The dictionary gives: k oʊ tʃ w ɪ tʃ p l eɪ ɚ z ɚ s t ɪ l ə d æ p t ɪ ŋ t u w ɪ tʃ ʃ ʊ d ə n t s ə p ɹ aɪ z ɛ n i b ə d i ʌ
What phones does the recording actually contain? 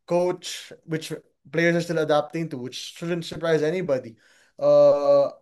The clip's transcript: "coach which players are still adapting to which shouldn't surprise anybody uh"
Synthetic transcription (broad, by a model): k oʊ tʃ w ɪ tʃ p l eɪ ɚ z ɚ s t ɪ l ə d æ p t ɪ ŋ t u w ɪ tʃ ʃ ʊ d ə n t s ə p ɹ aɪ z ɛ n i b ə d i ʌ